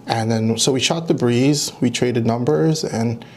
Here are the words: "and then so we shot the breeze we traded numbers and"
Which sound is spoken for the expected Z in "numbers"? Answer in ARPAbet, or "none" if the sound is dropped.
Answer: Z